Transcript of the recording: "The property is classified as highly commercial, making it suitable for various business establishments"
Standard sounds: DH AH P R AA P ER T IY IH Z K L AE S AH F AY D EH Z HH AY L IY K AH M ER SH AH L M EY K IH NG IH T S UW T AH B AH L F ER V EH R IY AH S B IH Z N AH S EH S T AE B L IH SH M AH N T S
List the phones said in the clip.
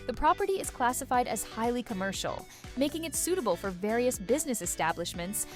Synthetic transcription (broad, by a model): DH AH P R AA P ER T IY IH Z K L AE S AH F AY D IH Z HH AY L IY K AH M ER SH L M EY K IH NG IH T S UW T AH B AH L F ER V EH R IY AH S B IH Z N AH S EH S T AE B L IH SH M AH N T S